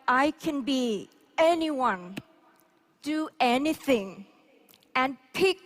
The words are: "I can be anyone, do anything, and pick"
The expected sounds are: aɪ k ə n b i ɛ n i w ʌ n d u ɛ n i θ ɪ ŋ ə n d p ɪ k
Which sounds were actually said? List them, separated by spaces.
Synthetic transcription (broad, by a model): aɪ k ə n b i ɛ n i w ʌ n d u ɛ n i θ ɪ ŋ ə n p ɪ k